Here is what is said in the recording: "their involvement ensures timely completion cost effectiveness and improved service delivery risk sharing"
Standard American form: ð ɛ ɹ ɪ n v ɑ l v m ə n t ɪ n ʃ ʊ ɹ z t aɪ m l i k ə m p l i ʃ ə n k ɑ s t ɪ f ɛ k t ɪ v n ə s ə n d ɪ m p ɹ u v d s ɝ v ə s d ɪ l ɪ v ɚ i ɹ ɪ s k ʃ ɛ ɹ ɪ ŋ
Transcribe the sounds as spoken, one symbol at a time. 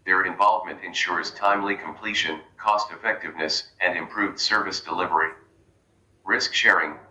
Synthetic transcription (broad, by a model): ð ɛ ɹ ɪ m v ɑ l v m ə n t ɪ n ʃ ʊ ɹ z t aɪ m l i k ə m p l i ʃ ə n k ɑ s t ɪ f ɛ k t ɪ v n ə s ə n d ɪ m p ɹ u v d s ɝ v ə s d ɪ l ɪ v ɚ i ɹ ɪ s k ʃ ɛ ɹ ɪ ŋ